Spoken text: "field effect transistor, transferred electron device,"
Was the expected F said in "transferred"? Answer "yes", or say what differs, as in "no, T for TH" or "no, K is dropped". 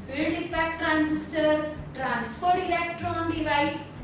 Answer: no, P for F